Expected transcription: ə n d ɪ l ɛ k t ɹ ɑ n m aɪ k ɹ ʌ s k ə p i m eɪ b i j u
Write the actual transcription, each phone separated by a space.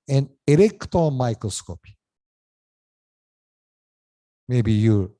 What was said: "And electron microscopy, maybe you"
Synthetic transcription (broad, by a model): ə n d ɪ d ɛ k t ɑ m aɪ k ɹ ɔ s k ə p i m eɪ b i j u